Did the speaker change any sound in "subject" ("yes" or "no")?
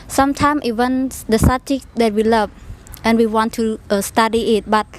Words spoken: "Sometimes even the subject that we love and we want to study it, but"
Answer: yes